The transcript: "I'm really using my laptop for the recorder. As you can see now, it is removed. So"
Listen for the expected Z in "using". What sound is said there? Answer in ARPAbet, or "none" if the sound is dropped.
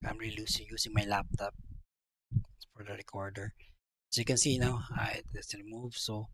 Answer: S